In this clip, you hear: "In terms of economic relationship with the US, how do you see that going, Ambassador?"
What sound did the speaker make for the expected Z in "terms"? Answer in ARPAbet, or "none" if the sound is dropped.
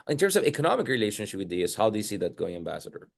S